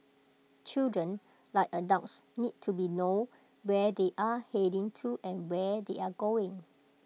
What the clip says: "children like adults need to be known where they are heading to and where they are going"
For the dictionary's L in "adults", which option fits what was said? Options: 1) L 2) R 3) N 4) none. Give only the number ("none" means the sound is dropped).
4